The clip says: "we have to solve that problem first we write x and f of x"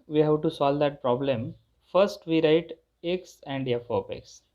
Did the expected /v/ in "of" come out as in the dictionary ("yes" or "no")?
no